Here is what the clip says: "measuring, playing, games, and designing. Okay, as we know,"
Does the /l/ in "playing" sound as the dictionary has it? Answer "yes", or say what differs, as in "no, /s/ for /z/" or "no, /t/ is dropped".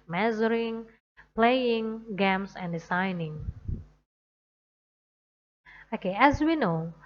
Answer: yes